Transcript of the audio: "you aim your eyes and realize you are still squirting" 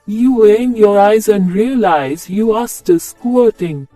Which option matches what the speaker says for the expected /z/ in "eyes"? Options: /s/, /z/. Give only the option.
/z/